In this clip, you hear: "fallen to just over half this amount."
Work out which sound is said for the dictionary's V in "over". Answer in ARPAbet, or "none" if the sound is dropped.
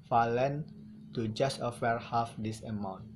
F